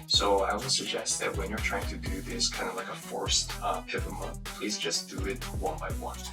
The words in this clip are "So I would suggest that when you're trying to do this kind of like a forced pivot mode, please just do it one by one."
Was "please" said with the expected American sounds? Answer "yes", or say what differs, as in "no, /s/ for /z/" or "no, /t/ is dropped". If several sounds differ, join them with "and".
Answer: yes